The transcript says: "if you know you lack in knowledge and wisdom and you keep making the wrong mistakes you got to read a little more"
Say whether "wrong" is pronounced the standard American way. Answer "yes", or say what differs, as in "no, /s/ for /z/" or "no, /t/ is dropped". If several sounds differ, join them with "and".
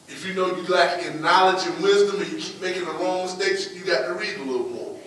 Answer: no, /l/ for /ɹ/